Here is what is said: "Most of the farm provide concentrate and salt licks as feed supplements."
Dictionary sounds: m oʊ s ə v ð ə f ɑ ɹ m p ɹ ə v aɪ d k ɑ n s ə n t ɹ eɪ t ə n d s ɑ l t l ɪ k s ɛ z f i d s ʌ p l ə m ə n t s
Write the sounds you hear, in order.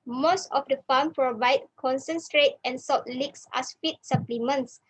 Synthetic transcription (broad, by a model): m oʊ s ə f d ə f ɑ m p ɹ ə v aɪ d k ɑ n s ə n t ɹ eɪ t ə n s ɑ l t l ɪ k s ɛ s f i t s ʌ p l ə m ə n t s